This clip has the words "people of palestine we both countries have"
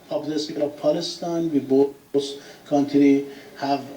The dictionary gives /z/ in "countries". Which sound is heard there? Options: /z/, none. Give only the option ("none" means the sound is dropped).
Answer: none